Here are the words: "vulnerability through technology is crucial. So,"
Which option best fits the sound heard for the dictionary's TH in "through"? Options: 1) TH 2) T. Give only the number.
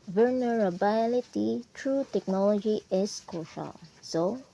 2